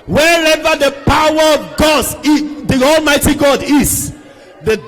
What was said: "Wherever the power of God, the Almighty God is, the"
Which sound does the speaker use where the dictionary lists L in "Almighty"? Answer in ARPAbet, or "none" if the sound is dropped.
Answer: L